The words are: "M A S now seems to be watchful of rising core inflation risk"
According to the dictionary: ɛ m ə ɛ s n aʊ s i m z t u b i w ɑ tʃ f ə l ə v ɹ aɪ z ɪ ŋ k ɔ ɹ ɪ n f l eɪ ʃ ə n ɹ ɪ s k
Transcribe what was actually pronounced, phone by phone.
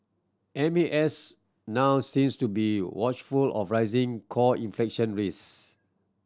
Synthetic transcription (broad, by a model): ɛ m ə ɛ s n aʊ s i m s t u b i w ɑ tʃ f ə l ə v ɹ aɪ z ɪ ŋ k ɔ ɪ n f l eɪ ʃ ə n ɹ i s